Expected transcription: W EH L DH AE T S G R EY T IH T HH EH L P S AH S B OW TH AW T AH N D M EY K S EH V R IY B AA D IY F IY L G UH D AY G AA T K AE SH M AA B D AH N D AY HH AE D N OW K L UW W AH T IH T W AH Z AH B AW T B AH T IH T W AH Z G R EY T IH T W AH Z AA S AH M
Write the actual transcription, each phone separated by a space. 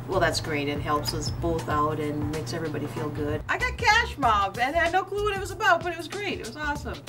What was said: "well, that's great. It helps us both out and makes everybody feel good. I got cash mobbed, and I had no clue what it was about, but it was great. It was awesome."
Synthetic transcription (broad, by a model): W EH L DH AE T S G R EY T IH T HH EH L P S AH S B OW TH AW T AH N M EY K S EH V R IY B AA D IY F IY L G UH D AY G AA T K AE SH M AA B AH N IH D N OW K L UW W AH T IH T W AH Z AH B AW T B AH T IH T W AH Z G R EY T IH T W AH Z AA S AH M